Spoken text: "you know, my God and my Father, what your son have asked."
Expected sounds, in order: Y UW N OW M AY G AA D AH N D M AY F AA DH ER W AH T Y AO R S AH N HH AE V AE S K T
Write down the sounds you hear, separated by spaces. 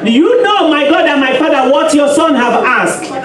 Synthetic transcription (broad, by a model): Y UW N OW M AY G AA D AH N M AY F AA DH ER W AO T Y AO S AH N HH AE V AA S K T